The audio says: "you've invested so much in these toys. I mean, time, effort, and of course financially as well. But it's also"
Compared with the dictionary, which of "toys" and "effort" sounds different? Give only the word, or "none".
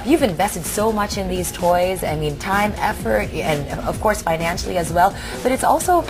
none